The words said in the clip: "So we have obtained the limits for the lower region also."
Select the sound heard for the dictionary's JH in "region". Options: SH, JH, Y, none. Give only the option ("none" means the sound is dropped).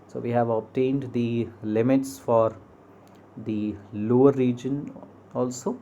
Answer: JH